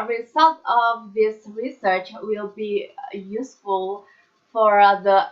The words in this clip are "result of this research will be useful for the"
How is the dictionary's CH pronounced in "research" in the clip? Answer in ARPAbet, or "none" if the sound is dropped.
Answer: CH